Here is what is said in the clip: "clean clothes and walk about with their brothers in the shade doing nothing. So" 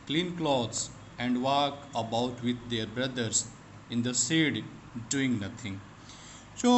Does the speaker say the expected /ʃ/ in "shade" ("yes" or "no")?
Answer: no